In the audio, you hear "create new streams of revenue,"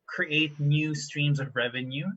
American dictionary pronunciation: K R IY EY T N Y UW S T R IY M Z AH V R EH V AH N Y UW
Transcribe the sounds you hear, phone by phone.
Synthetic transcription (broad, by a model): K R IY EY T N Y UW S T R IY M Z AH V R EH V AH N Y UW